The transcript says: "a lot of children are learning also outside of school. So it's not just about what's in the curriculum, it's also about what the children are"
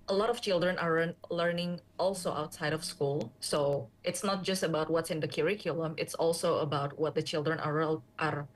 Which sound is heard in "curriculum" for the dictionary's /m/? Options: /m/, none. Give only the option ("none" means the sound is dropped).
/m/